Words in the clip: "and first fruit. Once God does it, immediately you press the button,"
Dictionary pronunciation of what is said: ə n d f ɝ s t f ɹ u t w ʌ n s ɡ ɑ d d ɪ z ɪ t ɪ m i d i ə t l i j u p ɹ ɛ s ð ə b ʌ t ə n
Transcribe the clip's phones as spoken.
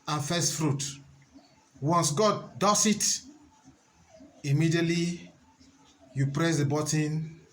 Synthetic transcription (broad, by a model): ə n f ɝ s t f ɹ u t w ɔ n s ɡ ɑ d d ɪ s ɪ t ɪ m i d i ə t l i j u p ɹ ɛ s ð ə b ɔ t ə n